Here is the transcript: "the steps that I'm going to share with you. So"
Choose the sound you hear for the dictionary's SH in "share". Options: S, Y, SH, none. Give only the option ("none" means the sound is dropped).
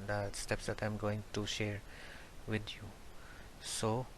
SH